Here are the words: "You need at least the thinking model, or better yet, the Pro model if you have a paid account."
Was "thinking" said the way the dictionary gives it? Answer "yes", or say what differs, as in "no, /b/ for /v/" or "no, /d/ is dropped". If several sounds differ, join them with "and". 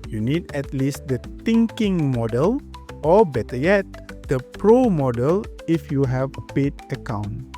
no, /t/ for /θ/